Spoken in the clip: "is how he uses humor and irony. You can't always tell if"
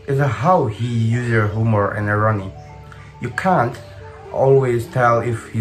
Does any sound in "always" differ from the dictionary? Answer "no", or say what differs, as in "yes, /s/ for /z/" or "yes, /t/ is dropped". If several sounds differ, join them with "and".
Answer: no